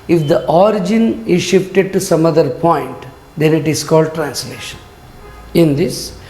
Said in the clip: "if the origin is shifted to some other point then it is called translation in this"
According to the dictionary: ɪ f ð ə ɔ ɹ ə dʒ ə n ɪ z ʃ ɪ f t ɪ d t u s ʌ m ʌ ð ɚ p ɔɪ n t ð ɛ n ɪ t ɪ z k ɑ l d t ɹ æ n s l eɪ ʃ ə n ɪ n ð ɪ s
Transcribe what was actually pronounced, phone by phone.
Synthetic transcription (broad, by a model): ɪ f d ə ɔ ɹ ə dʒ ə n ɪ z ʃ ɪ f t ɪ d t u s ʌ m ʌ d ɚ p ɔɪ n t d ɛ n ɪ t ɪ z k ɑ l d t ɹ æ n s l eɪ ʃ ə n ɪ n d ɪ s